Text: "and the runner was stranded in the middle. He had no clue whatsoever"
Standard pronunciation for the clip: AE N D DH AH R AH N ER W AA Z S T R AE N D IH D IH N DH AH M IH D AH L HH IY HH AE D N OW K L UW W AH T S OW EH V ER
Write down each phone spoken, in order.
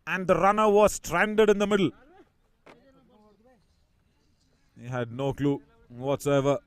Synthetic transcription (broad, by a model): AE N D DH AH R AH N ER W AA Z S T R AE N D IH D IH N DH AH M IH D AH L HH IY HH AE D N OW K L UW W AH T S OW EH V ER